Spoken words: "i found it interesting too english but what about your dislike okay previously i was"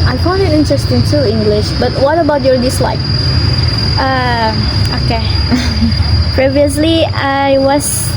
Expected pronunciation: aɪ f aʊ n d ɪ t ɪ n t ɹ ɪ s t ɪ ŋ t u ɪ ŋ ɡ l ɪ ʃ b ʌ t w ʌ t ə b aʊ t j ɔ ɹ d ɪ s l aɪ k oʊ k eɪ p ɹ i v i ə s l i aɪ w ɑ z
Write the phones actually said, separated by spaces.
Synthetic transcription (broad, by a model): aɪ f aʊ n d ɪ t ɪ n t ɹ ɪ s t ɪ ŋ t u ɪ ŋ ɡ l ɪ ʃ b ʌ t w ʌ t ə b aʊ t j ɔ ɹ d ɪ s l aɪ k oʊ k eɪ p ɹ i v i ə s l i aɪ w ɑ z